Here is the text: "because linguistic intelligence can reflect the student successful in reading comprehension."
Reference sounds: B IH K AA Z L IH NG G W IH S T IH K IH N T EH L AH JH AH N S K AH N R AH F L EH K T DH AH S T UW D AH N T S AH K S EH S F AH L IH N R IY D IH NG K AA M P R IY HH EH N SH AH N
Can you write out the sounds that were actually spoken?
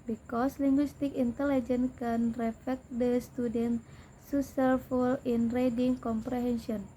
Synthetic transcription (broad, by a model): B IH K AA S L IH NG G W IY S T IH K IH N T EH L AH JH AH N K AH N R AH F EH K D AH S T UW D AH N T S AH S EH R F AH L IH N R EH D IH NG K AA M P R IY HH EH N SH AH N